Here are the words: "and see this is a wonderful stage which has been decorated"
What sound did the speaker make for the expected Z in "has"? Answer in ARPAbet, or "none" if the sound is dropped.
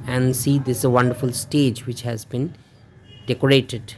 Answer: Z